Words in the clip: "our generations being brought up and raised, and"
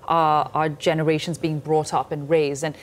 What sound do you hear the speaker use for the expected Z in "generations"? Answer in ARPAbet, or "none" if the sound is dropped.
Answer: Z